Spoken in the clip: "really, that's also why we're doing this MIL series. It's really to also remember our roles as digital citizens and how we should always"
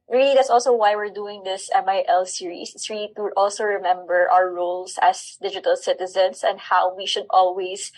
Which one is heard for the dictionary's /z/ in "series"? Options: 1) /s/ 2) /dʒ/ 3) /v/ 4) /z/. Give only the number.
1